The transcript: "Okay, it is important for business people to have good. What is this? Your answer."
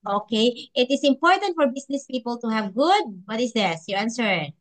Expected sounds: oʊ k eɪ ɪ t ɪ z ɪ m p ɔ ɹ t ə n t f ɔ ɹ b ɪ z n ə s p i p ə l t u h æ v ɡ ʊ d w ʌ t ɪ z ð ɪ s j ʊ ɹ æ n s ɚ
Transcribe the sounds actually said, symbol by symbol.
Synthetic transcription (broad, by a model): oʊ k eɪ ɪ t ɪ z ɪ m p ɔ ɹ t ə n t f ɔ ɹ b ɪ s n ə s p i p ə l t u h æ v ɡ ʊ d w ʌ t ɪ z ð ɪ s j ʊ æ n s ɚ